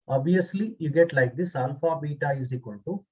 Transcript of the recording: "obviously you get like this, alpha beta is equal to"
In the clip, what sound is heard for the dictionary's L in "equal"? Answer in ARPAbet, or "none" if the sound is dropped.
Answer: N